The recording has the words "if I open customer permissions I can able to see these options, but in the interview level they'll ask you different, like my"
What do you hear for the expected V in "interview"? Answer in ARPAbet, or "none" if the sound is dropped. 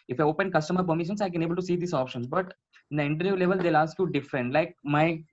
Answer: none